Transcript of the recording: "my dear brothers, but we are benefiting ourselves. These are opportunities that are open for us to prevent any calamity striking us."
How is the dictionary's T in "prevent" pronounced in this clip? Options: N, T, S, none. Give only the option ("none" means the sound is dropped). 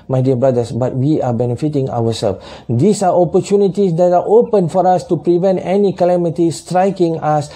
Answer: T